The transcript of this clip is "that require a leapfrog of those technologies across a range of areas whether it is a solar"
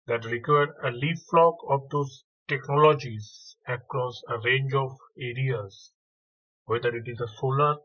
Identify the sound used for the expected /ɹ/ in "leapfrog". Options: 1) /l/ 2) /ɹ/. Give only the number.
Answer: 1